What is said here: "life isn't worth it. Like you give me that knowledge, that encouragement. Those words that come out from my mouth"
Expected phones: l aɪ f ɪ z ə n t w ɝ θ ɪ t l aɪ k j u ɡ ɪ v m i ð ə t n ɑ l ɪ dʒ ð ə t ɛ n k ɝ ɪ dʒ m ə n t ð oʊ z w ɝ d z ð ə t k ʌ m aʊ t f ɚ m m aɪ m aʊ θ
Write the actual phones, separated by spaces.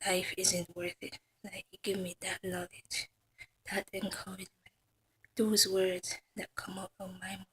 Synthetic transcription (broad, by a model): l aɪ f ɪ z ə n t w ɝ θ ɪ t l aɪ k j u ɡ ɪ v m i ð ə t n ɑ l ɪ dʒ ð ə t ɛ n k ɝ ɪ dʒ m ə n t ð oʊ z w ɝ d z ð ə t k ʌ m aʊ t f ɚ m m aɪ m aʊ